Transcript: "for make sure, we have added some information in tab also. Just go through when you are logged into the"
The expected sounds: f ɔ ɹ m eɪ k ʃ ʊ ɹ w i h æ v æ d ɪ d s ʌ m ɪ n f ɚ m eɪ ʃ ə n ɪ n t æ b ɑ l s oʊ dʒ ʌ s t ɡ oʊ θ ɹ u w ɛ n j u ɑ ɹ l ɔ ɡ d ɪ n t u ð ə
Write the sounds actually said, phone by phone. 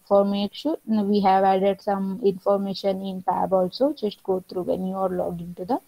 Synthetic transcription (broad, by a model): f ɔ ɹ m eɪ k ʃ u ɹ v i h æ v æ d ɪ d s ʌ m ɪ n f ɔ m eɪ ʃ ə n ɪ n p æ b ɑ l s oʊ dʒ ʌ s t ɡ oʊ t ɹ u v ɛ n j u ɑ ɹ l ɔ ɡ ɪ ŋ t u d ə